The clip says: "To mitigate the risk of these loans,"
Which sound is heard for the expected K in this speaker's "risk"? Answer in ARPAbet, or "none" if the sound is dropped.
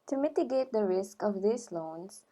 K